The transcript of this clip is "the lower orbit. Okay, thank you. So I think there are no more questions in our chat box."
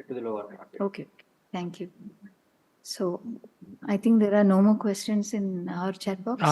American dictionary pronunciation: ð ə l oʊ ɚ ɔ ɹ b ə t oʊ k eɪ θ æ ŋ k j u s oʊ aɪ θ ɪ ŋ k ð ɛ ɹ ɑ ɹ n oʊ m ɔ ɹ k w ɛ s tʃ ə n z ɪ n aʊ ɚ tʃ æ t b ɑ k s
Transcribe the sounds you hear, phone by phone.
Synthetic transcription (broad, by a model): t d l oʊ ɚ ɔ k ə oʊ k eɪ t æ ŋ k j u s oʊ aɪ t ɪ ŋ k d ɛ ɹ ɑ ɹ n oʊ m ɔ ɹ k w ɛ s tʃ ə n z ɪ n aʊ ɚ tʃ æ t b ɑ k